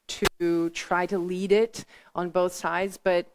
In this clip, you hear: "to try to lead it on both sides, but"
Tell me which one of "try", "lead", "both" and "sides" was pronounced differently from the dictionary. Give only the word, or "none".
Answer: none